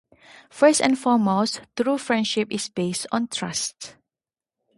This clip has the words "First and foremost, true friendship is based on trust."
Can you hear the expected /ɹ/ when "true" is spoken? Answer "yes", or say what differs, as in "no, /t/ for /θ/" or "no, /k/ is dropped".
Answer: yes